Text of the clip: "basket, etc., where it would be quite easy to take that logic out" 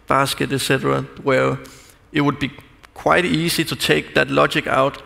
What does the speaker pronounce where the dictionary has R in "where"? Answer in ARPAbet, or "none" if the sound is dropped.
L